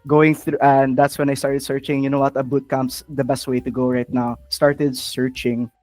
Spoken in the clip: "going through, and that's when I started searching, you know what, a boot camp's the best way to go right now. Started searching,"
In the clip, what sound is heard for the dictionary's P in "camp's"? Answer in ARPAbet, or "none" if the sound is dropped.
none